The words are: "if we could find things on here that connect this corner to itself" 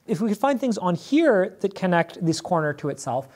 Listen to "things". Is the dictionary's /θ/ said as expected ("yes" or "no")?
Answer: yes